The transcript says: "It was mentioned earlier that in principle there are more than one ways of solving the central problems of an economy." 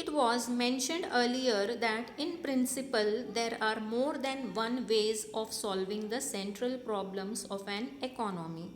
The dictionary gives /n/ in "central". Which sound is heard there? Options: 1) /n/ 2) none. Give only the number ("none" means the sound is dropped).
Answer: 1